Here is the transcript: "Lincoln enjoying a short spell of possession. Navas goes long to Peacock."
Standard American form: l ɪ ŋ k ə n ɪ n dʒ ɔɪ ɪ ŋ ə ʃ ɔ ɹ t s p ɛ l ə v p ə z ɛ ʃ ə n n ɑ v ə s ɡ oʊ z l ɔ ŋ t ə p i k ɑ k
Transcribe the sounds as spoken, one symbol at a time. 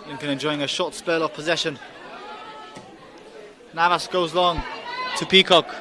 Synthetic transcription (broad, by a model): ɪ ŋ k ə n ɪ n dʒ ɔɪ ɪ ŋ ə ʃ ɔ t s p ɛ l ə v p ə z ɛ ʃ ə n n ɑ v ə s ɡ oʊ z l ɔ ŋ t ə p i k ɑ k